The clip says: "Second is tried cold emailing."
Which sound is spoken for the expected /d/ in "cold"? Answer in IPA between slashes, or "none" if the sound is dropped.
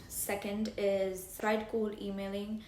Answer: none